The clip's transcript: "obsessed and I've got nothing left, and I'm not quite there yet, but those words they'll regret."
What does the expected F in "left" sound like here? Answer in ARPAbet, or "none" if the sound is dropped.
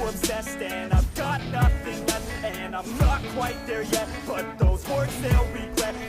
none